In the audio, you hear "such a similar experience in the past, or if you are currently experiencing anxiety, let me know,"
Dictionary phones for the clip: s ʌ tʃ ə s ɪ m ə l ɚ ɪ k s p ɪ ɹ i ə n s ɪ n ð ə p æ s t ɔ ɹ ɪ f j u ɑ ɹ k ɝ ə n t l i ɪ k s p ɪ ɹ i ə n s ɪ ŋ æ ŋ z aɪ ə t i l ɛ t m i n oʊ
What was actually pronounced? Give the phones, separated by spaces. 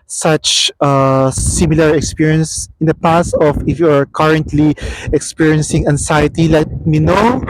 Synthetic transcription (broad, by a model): s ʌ tʃ ə s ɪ m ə l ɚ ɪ k s p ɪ ɹ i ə n s ɪ n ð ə p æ s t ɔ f ɪ f j u ɑ ɹ k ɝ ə n t l i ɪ k s p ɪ ɹ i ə n s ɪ ŋ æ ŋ s aɪ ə t i l ɛ t m i n oʊ